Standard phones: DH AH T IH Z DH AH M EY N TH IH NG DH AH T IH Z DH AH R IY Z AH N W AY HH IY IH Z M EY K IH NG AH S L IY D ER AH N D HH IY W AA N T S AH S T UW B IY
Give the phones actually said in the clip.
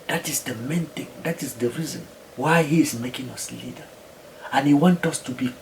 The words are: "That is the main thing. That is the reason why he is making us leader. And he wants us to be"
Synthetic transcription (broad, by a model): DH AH T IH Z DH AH M EY N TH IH NG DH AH T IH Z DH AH R IY Z AH N W AY HH IY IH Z M EY K IH NG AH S L IY D ER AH N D HH IY W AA N T AH S T UW B IY